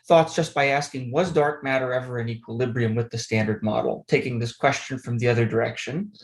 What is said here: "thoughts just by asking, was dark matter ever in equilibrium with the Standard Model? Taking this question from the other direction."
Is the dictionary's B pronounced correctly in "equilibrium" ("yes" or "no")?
yes